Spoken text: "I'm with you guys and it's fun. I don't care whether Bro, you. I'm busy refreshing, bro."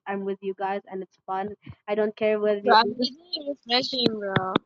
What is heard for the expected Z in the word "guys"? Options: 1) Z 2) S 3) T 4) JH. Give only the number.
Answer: 1